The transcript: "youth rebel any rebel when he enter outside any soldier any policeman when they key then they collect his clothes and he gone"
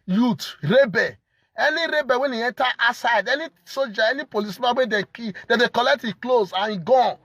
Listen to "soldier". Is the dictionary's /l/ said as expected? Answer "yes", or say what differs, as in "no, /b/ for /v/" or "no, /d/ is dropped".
no, /l/ is dropped